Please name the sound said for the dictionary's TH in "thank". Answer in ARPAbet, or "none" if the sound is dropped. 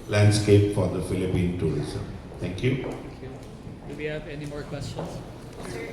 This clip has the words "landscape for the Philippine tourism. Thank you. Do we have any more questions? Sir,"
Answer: T